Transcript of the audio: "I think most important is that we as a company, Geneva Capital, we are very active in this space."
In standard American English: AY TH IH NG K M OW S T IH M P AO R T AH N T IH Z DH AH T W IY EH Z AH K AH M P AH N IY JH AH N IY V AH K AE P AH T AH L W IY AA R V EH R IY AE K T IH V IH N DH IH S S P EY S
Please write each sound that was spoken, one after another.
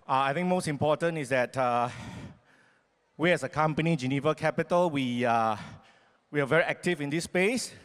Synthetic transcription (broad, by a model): AY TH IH NG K M OW S T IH M P AO T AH N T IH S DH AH T W IY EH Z AH K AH M P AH N IY JH AH N IY V AH K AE P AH T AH L W IY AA W V EH R IY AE K T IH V IH N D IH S S P EY S